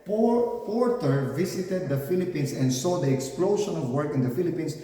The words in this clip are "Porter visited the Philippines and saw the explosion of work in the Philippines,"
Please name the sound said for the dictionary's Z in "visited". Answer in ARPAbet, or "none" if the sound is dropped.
S